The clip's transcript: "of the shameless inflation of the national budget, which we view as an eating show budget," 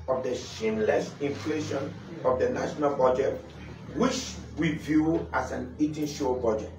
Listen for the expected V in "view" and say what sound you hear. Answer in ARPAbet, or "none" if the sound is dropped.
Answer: V